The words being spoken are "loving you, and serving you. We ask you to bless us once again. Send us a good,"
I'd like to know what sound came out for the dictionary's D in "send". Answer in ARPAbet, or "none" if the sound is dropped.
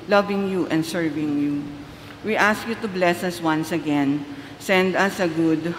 D